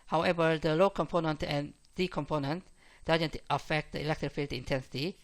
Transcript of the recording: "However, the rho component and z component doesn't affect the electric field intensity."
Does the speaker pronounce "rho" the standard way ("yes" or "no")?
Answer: no